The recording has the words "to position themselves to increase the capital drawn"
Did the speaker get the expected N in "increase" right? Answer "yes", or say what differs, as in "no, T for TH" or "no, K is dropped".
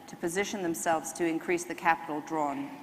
yes